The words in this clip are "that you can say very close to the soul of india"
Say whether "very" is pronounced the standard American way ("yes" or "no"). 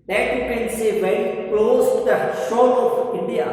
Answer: no